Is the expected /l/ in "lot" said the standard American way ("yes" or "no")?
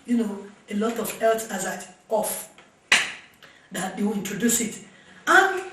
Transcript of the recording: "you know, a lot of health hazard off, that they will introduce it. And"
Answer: yes